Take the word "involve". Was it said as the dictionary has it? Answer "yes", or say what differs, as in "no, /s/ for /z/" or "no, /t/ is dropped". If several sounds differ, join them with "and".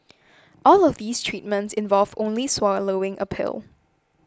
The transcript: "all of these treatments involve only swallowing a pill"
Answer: yes